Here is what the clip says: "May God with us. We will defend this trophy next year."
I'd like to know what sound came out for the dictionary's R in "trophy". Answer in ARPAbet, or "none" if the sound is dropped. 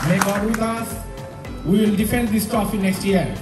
none